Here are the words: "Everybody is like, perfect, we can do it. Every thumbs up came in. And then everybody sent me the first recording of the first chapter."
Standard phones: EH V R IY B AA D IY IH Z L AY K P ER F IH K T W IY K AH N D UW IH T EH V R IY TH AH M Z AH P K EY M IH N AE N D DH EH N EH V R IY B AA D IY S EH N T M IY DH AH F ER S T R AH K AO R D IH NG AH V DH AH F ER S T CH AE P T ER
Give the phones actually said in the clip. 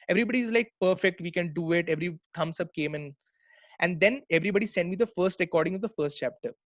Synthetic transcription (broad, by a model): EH V R IY B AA D IY IH Z L AY K P ER F IH K T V IY K AH N D UW IH T EH V R IY T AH M S AH P K EY M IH N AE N D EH N EH V R IY B AA D IY S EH N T M IY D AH F ER S T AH K AO R D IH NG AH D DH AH F ER S T CH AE P T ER